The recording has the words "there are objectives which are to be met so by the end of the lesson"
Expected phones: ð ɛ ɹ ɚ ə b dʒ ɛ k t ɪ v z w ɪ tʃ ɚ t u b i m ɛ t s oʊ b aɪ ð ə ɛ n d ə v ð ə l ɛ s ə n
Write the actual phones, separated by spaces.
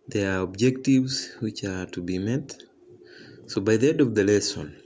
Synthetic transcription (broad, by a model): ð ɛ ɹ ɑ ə b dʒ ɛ k t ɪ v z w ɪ tʃ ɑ t u b i m ɛ t s oʊ b aɪ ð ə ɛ d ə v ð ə l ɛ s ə n